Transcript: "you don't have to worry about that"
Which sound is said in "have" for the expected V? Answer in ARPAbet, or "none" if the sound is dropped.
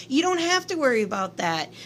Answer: F